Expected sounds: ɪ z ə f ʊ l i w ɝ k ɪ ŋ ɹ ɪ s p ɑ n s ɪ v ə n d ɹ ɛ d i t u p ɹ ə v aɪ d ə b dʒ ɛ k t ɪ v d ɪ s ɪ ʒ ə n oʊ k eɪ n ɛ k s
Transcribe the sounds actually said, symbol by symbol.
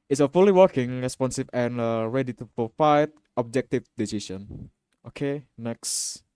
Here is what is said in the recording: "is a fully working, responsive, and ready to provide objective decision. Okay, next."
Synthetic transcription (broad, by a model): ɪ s ə f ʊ l i w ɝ k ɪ ŋ ɹ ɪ s p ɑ n s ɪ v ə n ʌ ɹ ɛ d i t u p ɹ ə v aɪ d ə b dʒ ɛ k t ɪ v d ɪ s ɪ s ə n oʊ k eɪ n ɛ k s